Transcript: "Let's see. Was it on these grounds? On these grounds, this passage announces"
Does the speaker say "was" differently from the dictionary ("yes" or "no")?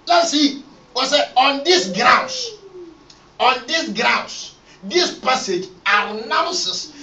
yes